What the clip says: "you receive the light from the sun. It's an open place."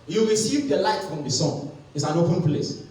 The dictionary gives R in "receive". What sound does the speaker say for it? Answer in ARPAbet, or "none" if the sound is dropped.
W